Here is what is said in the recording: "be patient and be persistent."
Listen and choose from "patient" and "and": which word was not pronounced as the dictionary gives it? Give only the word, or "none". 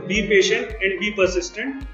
none